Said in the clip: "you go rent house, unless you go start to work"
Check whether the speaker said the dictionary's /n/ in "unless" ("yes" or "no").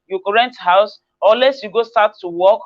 no